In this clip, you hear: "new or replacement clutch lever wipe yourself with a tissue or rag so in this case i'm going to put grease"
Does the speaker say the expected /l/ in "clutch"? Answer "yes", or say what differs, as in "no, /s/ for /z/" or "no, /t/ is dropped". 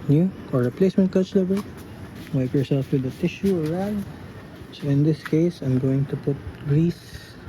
no, /l/ is dropped